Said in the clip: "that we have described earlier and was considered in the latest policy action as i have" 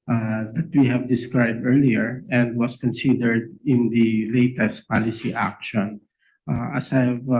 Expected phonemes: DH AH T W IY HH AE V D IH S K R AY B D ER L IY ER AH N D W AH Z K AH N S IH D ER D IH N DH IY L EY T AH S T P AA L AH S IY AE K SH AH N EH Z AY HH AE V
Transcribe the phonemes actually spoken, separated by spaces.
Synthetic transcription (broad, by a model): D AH T W IY HH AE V D IH S K R AY B D ER L IY ER AH N D W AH S K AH N S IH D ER D IH N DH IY L EY T AH S T P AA L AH S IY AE K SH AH N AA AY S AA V